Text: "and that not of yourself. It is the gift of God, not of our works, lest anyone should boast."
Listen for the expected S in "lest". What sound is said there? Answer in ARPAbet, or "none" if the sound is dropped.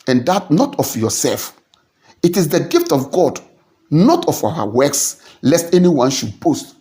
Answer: S